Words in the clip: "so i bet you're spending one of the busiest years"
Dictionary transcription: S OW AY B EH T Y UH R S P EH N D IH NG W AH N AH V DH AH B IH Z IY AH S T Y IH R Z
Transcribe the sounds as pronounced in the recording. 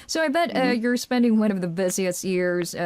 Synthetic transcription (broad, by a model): S OW AY B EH T Y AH R S P EH N D IH NG W AH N AH V DH AH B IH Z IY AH S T Y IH R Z